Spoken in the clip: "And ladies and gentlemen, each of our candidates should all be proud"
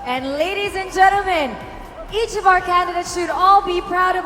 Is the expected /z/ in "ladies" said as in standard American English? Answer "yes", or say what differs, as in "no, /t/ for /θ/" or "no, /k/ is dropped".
yes